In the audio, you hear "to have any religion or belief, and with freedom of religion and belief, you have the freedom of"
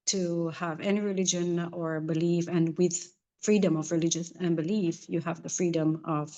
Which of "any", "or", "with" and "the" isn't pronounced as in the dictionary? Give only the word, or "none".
none